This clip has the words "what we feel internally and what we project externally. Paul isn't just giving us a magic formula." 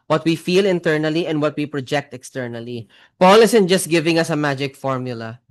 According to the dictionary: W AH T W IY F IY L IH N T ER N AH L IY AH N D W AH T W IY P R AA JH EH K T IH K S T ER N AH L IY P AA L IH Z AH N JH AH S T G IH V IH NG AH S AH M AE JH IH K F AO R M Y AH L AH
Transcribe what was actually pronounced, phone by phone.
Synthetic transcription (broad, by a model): W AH T W IY F IY L IH N T ER N AH L IY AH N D W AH T W IY P R AA JH EH K T IH K S T ER N AH L IY P AA L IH S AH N JH AH S T G IH V IH NG AH S AH M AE JH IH K F AO R M Y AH L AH